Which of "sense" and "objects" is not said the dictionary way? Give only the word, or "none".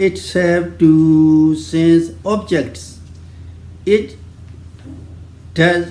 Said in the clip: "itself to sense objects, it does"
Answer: none